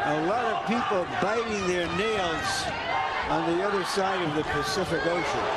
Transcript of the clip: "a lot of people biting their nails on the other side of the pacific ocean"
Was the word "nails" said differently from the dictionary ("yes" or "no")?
no